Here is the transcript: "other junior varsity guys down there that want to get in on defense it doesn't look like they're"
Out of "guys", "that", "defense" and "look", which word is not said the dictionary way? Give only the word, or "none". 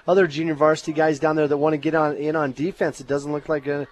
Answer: none